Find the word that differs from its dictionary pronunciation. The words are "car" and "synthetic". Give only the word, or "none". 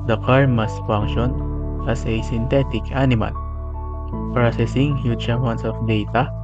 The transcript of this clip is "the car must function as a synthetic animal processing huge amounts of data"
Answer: synthetic